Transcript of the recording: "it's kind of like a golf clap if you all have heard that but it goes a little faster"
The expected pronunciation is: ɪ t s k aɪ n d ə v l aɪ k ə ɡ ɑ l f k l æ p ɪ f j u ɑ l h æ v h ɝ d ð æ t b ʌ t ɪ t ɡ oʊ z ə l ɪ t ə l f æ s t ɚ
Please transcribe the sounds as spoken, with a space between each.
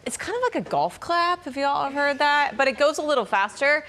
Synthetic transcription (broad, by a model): ɪ t s k aɪ n d ə v l aɪ k ə ɡ ɑ l f k l æ p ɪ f j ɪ ɑ l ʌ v h ɝ d ð æ t b ʌ t ɪ t ɡ oʊ z ə l ɪ t l f æ s t ɚ